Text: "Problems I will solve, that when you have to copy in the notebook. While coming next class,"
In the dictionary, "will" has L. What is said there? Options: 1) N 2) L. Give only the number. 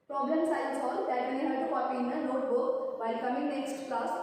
1